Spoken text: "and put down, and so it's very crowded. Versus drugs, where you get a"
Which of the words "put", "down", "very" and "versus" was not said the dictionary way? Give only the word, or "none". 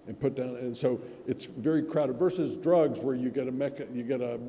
none